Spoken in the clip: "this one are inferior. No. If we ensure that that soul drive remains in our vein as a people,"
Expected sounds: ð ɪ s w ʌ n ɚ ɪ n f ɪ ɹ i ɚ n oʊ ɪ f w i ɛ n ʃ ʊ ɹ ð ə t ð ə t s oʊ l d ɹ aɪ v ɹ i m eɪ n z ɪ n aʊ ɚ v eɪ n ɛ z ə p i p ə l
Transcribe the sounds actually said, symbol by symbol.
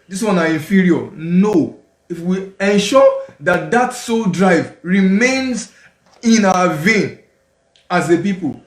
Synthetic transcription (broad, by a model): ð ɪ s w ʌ n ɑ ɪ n f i ɹ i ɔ n oʊ ɪ f w i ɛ n ʃ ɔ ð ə t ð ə t s oʊ l d ɹ aɪ v ɹ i m eɪ n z ɪ n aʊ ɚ v eɪ n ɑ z ə p i p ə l